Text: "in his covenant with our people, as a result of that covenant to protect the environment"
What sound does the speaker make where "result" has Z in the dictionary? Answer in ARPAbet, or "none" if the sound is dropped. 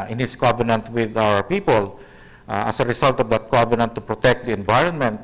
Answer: S